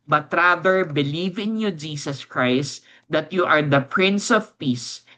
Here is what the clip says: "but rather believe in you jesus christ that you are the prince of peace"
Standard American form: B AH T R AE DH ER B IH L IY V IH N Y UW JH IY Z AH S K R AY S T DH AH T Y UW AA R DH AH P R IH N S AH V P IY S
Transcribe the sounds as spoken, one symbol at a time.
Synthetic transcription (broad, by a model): B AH T R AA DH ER B IH L IY V IH N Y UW JH IY S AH S K R AY S T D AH T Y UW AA R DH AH P R IH N S AH V P IY S